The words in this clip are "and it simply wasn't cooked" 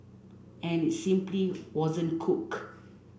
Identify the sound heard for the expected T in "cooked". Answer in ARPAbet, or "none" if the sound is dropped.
none